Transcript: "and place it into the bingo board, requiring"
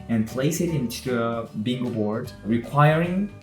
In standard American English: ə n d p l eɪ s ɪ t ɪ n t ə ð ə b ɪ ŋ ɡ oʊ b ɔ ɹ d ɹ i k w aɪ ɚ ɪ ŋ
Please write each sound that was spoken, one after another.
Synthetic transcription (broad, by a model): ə n p l eɪ s ɪ t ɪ n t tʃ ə b ɪ ŋ ɡ oʊ b ɔ ɹ d ɹ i k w aɪ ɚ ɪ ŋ